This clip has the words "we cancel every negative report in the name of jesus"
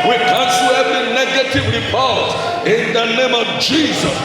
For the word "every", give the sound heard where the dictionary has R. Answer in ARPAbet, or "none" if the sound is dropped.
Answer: none